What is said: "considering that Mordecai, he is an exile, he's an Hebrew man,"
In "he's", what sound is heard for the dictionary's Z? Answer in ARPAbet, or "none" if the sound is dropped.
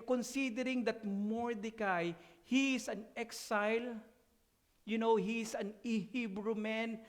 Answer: S